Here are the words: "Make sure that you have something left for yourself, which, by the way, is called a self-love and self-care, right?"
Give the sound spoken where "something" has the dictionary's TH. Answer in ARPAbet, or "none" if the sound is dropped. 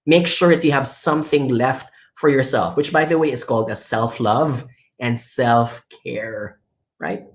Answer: TH